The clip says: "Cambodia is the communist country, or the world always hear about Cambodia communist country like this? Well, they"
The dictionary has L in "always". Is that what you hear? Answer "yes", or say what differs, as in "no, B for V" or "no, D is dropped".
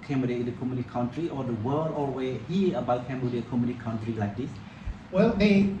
no, L is dropped